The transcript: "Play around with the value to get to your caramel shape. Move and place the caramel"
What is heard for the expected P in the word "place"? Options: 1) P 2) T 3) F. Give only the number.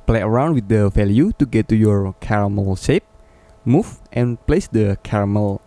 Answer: 1